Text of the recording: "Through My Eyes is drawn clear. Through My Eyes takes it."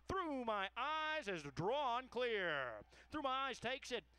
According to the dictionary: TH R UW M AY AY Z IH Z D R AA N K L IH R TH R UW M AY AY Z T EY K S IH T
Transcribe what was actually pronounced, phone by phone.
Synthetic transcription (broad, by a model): TH R UW M AY AY Z IH Z D R AA N K L IH R TH R UW M AY AY Z T EY K S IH T